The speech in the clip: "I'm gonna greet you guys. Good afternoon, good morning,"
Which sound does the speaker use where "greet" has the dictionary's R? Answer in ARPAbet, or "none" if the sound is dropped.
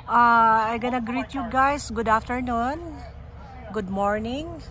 R